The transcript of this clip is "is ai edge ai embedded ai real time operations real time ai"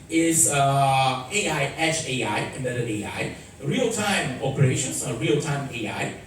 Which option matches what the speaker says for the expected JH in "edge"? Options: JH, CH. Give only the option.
CH